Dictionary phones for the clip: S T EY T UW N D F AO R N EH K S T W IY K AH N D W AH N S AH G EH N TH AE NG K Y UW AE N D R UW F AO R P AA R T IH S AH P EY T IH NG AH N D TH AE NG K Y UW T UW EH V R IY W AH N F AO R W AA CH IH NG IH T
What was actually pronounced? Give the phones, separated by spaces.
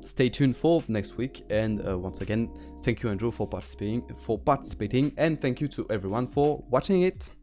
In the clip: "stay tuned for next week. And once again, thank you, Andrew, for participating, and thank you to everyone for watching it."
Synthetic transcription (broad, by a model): S T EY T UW N F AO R N EH K S T W IY K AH N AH W AH N S AH G EH N TH AE NG K Y UW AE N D R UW F AO R P AA R T IH S AH P EY T IH NG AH N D TH AE NG K Y UW T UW EH V R IY W AH N F AO R W AA CH IH NG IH T